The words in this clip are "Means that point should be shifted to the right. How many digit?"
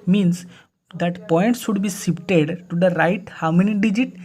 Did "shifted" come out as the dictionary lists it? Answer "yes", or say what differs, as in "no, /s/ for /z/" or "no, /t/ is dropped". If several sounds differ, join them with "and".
no, /s/ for /ʃ/ and /p/ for /f/